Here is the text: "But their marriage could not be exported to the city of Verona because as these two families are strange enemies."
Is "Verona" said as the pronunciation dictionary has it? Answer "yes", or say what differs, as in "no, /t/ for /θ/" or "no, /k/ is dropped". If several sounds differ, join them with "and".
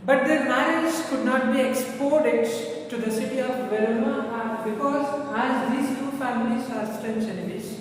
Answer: no, /n/ is dropped